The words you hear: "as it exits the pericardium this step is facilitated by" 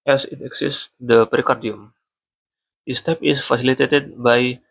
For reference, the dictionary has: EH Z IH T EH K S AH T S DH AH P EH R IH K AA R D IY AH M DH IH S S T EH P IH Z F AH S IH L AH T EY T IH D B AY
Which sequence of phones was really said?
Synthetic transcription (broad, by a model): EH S IH T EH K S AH S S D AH P R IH K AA R D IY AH M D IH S S T EH P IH S F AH S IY L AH T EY T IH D B AY